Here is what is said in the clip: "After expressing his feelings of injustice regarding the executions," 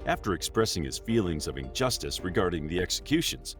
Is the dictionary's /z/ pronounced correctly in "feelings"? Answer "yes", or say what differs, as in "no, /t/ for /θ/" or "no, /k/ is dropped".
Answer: yes